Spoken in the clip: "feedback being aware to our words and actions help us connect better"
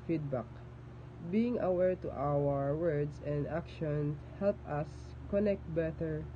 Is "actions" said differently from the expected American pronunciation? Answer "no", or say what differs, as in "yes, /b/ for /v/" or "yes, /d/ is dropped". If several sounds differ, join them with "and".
yes, /z/ is dropped